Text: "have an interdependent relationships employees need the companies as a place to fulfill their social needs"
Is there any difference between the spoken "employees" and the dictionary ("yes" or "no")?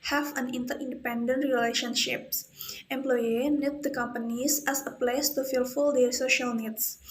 yes